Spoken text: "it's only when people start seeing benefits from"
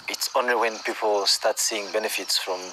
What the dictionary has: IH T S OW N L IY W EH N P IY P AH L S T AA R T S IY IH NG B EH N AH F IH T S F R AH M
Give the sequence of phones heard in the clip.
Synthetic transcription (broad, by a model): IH T S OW N IY W EH N P IY P AH L S T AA T S IY IH NG B EH N AH F IH T S F R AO M